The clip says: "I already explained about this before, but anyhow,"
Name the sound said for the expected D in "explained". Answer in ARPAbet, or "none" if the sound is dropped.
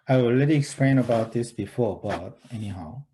none